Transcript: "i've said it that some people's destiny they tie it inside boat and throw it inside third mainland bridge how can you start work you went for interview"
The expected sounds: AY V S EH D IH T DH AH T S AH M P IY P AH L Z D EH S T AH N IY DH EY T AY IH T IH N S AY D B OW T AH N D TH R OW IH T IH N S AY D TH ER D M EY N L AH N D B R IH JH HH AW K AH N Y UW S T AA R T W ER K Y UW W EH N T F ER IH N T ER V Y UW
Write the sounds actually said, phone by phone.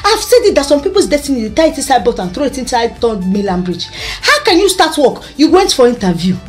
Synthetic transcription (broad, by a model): AY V S EH D IH T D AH T S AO M P IY P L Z D EH S T AH N IY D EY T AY IH T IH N S AY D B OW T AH N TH R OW IH T IH N S AY D T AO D M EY L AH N B R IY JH HH AW K AH N Y UW S T AA T W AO K Y UW W EH N T F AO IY N T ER V Y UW